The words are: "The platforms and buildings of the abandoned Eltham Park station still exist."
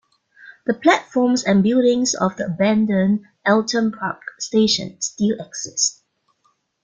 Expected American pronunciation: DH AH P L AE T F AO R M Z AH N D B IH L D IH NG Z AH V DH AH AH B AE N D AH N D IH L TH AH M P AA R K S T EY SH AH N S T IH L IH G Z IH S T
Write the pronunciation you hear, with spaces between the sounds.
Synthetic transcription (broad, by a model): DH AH P L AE T F AO M S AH N B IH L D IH NG S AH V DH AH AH B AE N D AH N IH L T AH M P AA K S T EY SH AH N S T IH L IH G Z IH S T